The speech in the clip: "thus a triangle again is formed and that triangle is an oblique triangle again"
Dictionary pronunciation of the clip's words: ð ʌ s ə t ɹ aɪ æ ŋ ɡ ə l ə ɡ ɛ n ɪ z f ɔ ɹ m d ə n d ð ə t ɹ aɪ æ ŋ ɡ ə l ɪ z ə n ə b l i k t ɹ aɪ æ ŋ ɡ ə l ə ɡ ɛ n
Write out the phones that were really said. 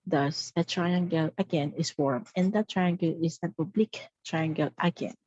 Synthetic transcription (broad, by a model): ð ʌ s ə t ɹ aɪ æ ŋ ɡ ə l ə ɡ ɛ n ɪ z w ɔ ɹ m ə n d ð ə t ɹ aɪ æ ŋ ɡ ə l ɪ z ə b ə b l i k t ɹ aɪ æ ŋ ɡ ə l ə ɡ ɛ n